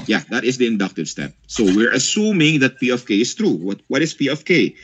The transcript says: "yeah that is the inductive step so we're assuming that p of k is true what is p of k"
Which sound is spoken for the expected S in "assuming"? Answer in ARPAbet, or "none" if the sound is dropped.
S